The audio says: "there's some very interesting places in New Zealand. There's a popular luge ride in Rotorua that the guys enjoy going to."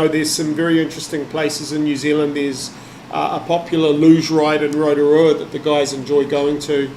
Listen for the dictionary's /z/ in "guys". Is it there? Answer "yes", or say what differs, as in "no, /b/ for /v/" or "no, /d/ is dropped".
yes